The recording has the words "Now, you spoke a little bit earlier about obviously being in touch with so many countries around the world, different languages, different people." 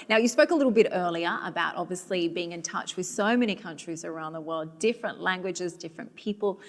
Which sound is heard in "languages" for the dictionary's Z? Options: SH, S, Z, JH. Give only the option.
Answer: Z